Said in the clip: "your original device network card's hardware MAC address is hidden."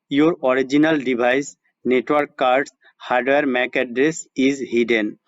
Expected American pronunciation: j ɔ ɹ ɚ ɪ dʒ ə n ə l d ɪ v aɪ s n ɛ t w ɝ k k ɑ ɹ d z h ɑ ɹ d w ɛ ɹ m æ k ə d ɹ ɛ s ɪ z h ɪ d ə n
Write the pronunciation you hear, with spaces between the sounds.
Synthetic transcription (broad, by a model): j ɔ ɹ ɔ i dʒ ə n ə l d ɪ b aɪ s n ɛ t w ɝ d k ɑ ɹ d s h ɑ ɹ d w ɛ ɹ m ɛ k ə d ɹ ɛ s ɪ z h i d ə n